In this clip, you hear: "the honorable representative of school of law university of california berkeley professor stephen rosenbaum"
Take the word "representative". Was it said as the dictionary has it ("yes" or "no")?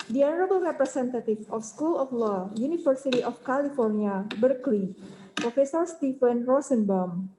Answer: no